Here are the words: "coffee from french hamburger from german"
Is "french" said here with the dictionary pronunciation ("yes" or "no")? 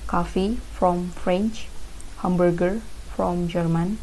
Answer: yes